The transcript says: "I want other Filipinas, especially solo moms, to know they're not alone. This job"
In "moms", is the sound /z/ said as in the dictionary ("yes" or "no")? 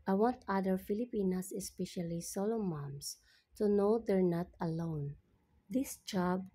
no